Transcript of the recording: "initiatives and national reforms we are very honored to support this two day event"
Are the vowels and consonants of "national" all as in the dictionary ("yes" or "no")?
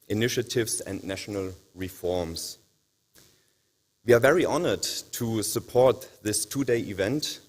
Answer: yes